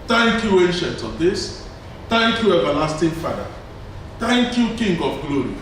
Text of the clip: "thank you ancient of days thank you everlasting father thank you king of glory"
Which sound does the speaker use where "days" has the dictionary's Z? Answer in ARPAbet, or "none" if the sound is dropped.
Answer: S